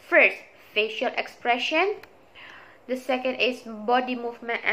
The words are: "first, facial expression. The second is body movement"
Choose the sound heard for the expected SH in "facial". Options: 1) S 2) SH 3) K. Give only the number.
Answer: 2